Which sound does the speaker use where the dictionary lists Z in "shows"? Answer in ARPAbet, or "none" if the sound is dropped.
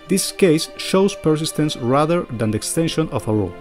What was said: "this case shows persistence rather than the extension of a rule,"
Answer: S